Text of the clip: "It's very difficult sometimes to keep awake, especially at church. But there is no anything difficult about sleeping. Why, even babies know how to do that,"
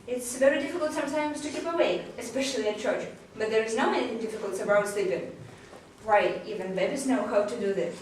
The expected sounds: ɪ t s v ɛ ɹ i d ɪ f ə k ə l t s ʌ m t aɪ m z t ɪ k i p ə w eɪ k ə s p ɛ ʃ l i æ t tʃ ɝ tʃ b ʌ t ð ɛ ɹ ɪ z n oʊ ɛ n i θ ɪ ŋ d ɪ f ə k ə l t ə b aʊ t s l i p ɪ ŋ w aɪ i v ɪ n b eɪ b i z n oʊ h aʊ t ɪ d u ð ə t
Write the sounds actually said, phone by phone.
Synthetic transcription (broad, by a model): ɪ t s v ɛ ɹ i d ɪ f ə k l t s ʌ m t aɪ m z t ɪ k i p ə w eɪ ə s p ɛ ʃ l i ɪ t tʃ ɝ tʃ b ʌ t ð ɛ ɹ ɪ z n oʊ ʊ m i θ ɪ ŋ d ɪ f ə k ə l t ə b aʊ s l i p ɪ ŋ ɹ aɪ i v ɪ n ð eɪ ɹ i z n oʊ h aʊ t ɪ d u ð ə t